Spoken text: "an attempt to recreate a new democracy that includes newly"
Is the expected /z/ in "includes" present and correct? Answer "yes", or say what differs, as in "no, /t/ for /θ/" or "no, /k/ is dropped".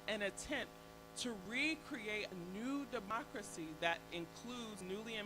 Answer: yes